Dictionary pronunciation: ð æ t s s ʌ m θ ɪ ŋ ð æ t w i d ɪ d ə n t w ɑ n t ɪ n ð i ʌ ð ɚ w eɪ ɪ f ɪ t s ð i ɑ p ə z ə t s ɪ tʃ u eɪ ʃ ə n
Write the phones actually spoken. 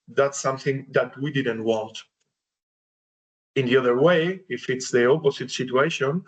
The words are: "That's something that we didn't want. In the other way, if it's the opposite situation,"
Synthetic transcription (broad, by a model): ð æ t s s ʌ m θ ɪ ŋ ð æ t w i d ɪ d ə n t w ɑ n t ɪ n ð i ʌ ð ɚ w eɪ ɪ f ɪ t s ð i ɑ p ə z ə t s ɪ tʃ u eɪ ʃ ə n